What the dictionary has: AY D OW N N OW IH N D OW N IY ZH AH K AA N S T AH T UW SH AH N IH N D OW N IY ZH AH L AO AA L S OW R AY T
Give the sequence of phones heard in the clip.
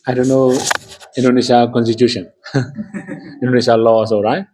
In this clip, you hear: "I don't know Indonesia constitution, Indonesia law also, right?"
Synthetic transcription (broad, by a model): AY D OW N N OW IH N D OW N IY S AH K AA N S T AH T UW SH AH N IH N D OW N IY S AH L AO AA S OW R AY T